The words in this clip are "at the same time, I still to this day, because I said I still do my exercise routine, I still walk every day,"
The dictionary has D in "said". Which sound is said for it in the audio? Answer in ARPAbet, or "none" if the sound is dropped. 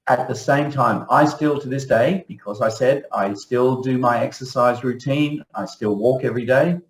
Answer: D